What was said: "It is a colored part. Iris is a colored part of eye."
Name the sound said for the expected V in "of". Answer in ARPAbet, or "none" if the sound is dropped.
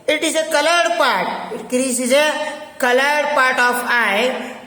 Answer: P